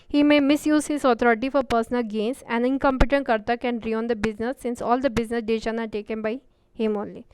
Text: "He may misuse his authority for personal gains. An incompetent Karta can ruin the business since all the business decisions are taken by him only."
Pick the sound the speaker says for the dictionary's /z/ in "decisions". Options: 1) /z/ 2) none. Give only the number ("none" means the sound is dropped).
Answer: 2